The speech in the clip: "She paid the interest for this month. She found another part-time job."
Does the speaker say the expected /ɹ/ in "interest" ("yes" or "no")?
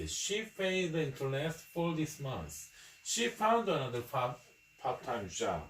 no